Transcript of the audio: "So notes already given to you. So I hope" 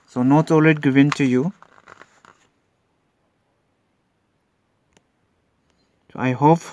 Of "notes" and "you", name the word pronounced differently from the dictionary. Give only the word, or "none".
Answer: notes